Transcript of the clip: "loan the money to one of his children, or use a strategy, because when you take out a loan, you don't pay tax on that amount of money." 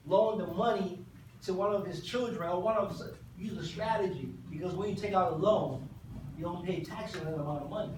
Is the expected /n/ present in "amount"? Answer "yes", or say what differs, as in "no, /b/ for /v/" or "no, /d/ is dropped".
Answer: no, /n/ is dropped